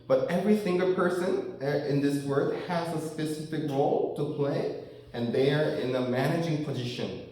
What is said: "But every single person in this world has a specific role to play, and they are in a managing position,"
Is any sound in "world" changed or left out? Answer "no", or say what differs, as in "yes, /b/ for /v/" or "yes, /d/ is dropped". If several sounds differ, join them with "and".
yes, /l/ is dropped